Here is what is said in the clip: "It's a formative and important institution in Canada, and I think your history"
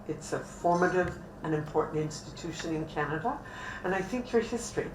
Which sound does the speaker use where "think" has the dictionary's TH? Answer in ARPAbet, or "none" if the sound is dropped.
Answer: TH